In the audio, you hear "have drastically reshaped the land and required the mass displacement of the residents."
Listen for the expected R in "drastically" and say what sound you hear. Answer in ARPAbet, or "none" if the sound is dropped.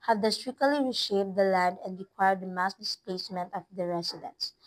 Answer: none